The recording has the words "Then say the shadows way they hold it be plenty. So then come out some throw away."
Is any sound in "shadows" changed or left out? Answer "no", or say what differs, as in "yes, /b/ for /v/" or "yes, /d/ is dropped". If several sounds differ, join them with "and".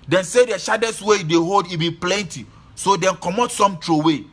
yes, /s/ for /z/